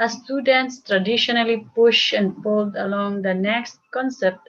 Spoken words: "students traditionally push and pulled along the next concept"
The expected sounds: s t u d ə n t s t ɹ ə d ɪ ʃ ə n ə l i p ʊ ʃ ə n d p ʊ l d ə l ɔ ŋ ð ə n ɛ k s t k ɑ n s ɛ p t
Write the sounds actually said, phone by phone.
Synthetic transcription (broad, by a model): s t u d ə n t s t ɹ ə d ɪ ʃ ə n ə l i p ʊ ʃ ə n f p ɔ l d ə l ɔ ŋ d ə n ɛ k s t k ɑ n s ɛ p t